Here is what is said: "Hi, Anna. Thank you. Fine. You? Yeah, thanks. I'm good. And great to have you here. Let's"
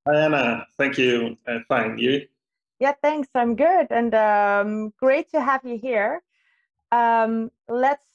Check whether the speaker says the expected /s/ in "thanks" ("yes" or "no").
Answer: yes